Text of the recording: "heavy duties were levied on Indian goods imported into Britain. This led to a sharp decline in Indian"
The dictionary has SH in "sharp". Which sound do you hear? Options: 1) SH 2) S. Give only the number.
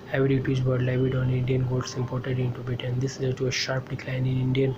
1